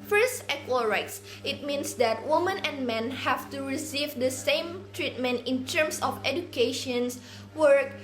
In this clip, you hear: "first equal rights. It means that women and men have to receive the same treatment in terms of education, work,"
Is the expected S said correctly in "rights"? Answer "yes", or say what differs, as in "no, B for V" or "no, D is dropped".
yes